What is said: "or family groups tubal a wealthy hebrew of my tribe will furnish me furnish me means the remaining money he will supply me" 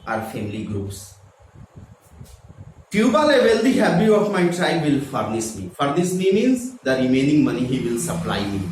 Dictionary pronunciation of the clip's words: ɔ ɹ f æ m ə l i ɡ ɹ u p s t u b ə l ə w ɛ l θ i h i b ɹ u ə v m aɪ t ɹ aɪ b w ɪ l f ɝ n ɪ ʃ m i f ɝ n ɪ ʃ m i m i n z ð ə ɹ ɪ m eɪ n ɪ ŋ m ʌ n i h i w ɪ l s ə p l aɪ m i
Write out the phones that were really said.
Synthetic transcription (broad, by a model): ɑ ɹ f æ m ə l i ɡ ɹ u p s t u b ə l ə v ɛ l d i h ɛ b u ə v m aɪ t ɹ aɪ b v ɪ l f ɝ n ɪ s m i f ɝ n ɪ s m i m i n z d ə ɹ ɪ m eɪ n ɪ ŋ m ʌ n i h i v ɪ l s ə p l aɪ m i